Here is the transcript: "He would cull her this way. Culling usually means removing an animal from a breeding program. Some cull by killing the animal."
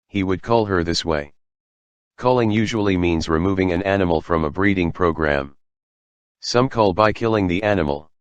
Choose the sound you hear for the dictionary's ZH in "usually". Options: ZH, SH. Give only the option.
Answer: ZH